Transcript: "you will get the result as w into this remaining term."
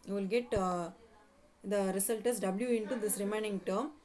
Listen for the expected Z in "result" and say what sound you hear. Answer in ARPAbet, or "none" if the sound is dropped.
S